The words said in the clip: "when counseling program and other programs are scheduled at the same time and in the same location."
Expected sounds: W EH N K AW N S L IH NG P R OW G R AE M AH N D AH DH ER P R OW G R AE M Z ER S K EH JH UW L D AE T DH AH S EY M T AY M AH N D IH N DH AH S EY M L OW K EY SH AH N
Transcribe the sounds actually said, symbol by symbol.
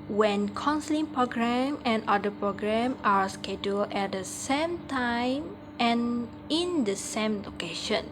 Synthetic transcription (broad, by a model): W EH N K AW N S L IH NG P R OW G R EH M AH N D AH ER P R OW G R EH M AA S K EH JH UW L EH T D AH S EY M T AY M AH N IH N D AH S EY M L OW K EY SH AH N